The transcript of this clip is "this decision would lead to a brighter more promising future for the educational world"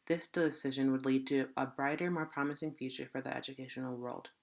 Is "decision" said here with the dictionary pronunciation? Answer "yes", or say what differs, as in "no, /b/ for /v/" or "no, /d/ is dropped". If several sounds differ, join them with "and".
yes